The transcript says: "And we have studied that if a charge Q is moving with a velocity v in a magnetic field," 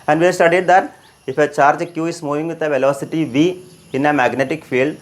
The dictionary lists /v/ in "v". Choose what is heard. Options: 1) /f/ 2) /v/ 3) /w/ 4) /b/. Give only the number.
2